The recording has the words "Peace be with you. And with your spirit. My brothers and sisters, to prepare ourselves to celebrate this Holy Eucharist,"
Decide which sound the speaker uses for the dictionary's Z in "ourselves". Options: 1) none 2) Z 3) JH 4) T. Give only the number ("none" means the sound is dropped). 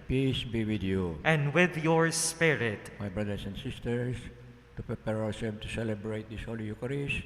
1